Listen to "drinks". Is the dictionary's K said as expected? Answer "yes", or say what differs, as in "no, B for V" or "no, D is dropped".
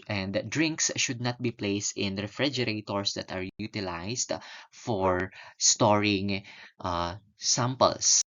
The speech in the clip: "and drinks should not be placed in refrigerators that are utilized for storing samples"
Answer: yes